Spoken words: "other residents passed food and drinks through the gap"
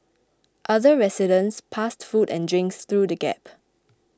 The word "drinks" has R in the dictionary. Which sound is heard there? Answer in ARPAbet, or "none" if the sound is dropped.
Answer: R